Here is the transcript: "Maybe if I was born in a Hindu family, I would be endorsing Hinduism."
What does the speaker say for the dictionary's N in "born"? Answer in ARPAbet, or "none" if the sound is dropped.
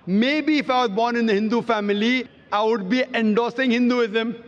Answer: N